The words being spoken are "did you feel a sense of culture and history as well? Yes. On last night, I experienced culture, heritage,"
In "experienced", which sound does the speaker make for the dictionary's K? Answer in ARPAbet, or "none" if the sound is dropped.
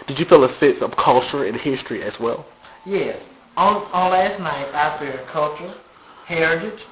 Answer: none